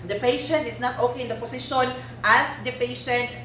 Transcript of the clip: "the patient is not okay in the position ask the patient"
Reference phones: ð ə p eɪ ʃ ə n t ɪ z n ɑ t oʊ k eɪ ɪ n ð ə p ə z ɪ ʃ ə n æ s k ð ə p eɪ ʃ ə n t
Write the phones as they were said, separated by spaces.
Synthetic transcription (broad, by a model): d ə p eɪ ʃ ə n t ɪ s n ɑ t oʊ k eɪ ɪ n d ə p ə s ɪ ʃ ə n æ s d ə p eɪ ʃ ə n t